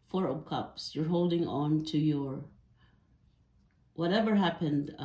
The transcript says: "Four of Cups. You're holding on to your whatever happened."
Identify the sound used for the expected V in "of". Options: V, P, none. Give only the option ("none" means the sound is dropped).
P